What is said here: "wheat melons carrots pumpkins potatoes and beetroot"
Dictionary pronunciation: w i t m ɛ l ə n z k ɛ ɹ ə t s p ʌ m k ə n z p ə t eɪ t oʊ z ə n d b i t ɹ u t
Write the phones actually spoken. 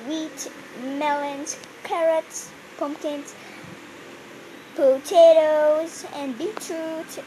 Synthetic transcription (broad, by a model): w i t m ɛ l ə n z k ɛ ɹ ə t p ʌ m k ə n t p ə t eɪ t oʊ z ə n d b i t ɹ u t